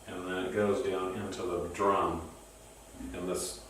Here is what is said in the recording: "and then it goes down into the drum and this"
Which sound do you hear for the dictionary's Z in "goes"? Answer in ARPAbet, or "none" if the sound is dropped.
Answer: Z